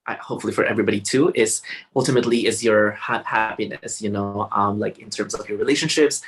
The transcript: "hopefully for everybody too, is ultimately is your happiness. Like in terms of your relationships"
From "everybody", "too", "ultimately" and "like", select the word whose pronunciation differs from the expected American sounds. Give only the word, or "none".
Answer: none